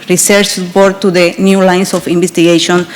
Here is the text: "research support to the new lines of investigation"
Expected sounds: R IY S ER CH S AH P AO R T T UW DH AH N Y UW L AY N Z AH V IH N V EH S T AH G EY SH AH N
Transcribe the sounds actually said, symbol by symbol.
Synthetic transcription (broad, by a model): R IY S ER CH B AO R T T UW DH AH N Y UW L AY N S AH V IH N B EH S T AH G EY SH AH N